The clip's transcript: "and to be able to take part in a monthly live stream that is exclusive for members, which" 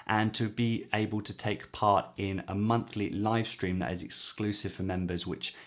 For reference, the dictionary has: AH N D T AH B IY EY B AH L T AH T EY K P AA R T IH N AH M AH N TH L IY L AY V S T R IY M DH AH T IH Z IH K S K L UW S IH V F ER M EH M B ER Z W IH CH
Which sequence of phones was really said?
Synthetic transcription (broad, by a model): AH N T AH B IY EY B AH L T AH T EY K P AA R T IH N AH M AH N TH L IY L AY V S T R IY M DH AH T IH Z IH K S K L UW S IH V F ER M EH M B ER Z W IH CH